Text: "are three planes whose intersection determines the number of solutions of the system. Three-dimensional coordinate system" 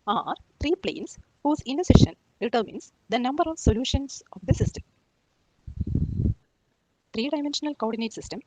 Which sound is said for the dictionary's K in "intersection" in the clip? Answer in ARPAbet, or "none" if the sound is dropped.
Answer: none